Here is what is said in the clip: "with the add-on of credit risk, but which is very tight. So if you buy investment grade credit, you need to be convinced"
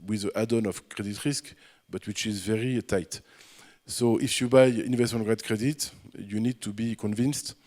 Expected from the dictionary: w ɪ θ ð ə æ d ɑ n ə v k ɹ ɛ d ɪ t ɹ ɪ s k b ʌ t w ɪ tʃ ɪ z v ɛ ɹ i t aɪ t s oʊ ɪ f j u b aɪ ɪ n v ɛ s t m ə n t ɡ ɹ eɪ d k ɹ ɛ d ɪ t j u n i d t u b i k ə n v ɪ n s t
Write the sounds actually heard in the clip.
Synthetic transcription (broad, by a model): w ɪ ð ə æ d ɑ n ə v k ɹ ɛ d ɪ t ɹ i s k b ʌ t w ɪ tʃ ɪ z v ɛ ɹ i t aɪ t s oʊ ɪ f j u b aɪ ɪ n v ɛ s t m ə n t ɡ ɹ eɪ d k ɹ ɛ d ɪ t j u n i d t u b i k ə n v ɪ n s t